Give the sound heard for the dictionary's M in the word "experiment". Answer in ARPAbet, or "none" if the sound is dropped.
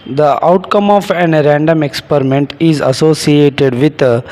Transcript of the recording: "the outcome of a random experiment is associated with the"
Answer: M